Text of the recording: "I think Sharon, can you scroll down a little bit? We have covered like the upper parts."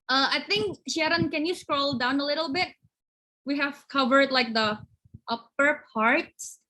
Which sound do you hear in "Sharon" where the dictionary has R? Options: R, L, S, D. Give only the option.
R